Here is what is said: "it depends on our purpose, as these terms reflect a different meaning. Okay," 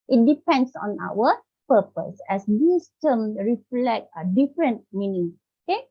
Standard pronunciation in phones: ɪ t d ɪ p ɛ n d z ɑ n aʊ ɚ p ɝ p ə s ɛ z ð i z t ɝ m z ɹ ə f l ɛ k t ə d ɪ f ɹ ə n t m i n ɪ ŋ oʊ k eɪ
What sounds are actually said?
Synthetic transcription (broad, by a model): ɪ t d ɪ p ɛ n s ɑ n aʊ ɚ p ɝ p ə s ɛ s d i s t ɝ m ɹ ə f l ɛ k t ə d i f ɹ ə n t m i n ɪ ŋ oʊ k eɪ